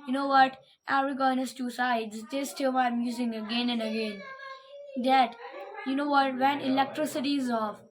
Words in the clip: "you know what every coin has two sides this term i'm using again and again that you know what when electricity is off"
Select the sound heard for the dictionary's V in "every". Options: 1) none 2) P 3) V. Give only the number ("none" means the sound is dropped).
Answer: 1